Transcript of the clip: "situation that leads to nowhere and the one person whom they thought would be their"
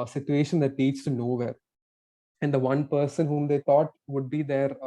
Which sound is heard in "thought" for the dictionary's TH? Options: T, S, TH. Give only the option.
T